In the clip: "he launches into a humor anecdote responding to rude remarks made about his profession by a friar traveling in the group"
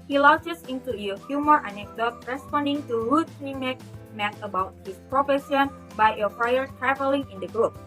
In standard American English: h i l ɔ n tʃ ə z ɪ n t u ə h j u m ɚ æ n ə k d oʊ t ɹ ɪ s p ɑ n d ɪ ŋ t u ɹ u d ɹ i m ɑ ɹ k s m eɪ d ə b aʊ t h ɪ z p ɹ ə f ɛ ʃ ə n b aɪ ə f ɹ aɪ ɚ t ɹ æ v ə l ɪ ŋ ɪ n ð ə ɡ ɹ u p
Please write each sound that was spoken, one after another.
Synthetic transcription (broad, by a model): h i l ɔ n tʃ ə s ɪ n t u ə h j u m ɚ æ n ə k d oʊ t ɹ ɪ s p ɑ n d ɪ ŋ t u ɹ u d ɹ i m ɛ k m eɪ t ə b aʊ t h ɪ s p ɹ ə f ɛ s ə n b aɪ ə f ɹ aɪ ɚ t ɹ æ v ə l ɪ ŋ ɪ n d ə ɡ ɹ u p